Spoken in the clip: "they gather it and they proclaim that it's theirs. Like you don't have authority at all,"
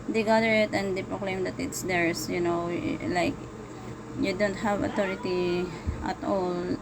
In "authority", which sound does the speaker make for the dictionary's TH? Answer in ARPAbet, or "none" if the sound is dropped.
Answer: T